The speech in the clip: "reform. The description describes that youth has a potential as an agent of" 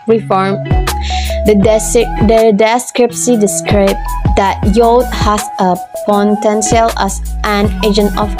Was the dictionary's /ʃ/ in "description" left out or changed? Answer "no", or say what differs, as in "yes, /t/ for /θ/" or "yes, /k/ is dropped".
yes, /s/ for /ʃ/